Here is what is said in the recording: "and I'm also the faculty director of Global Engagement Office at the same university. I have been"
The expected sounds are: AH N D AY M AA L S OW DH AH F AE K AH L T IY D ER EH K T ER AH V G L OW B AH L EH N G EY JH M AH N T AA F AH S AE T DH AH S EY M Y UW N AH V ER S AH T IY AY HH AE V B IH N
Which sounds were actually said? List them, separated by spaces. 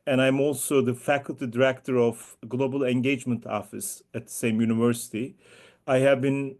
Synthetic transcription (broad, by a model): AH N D AY M AA L S OW DH AH F AE K AH L T IY D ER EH K T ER AH V G L OW B AH L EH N G EY JH M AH N T AA F AH S AE T DH AH S EY M Y UW N AH V ER S AH T IY AY HH AE V B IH N